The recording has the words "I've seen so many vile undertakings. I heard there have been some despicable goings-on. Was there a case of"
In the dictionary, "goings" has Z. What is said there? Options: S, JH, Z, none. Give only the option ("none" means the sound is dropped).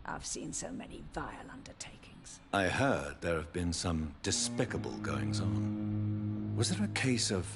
Z